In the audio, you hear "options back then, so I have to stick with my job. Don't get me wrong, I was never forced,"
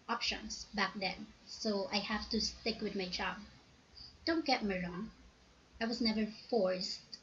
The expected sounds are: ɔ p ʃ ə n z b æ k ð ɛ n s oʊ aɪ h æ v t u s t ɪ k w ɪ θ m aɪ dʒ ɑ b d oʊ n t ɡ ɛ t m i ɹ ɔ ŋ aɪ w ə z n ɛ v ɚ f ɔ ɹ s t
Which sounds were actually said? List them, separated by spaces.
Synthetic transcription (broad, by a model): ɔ p ʃ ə n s b æ k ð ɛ n s oʊ aɪ h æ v t u s t ɪ k w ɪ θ m aɪ dʒ ɑ b d oʊ n t ɡ ɛ t m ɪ ɹ ɔ ŋ aɪ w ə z n ɛ v ɚ f ɔ ɹ s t